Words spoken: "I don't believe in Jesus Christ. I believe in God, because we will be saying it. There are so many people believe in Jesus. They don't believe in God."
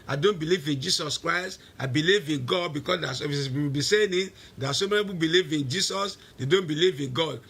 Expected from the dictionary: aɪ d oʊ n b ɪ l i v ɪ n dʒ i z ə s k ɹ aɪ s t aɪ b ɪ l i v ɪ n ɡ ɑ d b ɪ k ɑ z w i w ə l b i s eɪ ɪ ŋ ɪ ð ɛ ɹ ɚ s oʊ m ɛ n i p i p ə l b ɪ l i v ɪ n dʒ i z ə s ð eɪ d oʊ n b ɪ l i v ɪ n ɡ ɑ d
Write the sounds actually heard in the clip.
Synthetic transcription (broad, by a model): aɪ d oʊ n b ɪ l i v ɪ n dʒ i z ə s k ɹ aɪ s t aɪ b ɪ l i v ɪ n ɡ ɑ d b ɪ k ɑ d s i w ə w b i s eɪ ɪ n ɪ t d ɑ s oʊ m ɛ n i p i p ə b ɪ l i v ɪ n dʒ i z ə s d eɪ d oʊ n b ɪ l i v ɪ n ɡ ɑ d